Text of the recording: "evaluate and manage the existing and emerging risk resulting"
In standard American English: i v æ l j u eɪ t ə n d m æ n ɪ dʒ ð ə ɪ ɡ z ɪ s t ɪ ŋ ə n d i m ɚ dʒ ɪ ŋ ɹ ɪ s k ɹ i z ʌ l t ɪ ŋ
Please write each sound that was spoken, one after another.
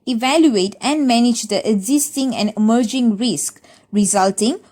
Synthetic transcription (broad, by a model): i v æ l j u eɪ t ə n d m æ n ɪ dʒ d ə ɪ ɡ z ɪ s t ɪ ŋ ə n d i m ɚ dʒ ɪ ŋ ɹ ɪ s k ɹ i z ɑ l t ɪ ŋ